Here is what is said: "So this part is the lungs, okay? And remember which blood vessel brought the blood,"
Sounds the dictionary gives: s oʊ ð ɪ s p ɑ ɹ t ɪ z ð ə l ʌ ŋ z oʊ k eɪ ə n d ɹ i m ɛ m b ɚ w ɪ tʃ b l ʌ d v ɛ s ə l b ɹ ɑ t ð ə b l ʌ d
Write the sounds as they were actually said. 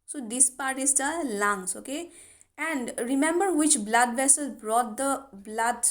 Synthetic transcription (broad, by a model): s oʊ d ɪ s p ɑ ɹ t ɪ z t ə l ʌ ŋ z oʊ k eɪ ə n d ɹ i m ɛ m b ɚ w ɪ tʃ b l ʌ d v ɛ s ə l b ɹ ɑ t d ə b l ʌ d